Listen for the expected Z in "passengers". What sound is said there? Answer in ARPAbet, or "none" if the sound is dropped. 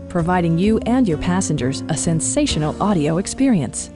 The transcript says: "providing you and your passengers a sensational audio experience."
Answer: Z